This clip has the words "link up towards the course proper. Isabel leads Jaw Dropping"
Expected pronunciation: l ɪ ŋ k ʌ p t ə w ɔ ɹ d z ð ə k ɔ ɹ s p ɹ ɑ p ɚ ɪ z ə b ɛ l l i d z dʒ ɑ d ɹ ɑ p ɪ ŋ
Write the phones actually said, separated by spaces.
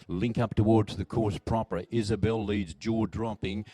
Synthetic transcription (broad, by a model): l ɪ ŋ k ʌ p t ə w ɔ ɹ d z ð ə k ɔ ɹ s p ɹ ɑ p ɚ ɪ z ə b ɛ l l i d z dʒ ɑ d ɹ ɑ p ɪ ŋ